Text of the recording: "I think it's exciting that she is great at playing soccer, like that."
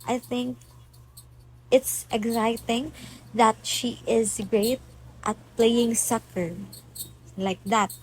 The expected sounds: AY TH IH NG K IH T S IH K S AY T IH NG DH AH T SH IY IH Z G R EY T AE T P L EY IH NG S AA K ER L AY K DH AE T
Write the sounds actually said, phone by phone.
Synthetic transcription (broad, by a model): AY TH IH NG K IH T S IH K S AY T IH NG DH AH T SH IY IH Z G R EY T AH T P L EY IH NG S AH K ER L AY K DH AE T